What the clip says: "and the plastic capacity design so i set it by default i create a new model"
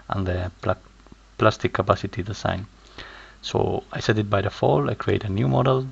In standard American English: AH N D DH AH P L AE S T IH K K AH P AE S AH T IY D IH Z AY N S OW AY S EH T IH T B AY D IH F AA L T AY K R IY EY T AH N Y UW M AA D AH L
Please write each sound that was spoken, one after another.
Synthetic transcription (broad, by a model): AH N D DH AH P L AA S T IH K K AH P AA S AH T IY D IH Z AY N S OW AY S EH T IH T B AY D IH F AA L AY K R IY EY T AH N Y UW M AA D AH L